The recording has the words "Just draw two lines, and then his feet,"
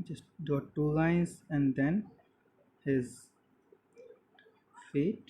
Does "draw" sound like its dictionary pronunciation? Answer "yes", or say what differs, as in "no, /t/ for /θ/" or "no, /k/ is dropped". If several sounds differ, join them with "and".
no, /ɹ/ is dropped